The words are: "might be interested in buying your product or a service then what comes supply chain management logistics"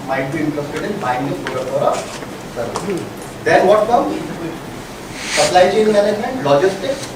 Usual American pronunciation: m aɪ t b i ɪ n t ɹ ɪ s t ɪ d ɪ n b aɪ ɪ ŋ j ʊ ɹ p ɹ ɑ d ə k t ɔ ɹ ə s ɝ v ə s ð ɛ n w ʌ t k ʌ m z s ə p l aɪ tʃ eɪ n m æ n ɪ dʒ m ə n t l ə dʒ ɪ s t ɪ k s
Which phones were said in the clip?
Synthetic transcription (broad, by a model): m aɪ t b i ɪ n t ɹ ɪ s t ɪ d ɪ n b aɪ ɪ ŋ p ɑ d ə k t ɔ ɹ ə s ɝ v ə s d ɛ n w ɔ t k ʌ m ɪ s ə p l aɪ tʃ eɪ n m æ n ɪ dʒ m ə n t l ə dʒ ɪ s t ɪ k s